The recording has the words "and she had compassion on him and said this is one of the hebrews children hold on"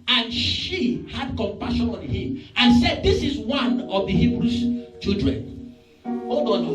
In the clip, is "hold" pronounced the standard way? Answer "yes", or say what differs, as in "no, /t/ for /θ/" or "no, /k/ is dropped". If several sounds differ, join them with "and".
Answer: no, /l/ is dropped